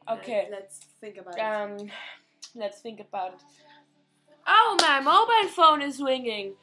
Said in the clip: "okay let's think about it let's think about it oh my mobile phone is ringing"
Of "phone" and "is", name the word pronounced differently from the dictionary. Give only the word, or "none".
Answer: none